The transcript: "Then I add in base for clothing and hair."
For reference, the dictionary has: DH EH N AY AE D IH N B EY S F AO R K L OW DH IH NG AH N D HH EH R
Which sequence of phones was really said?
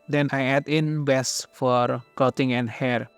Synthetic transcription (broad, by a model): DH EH N AY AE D IH N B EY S F AO R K OW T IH NG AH N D HH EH R